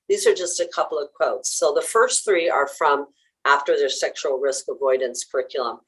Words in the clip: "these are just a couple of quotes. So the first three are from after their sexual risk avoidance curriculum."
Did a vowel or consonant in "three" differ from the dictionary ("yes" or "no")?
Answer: no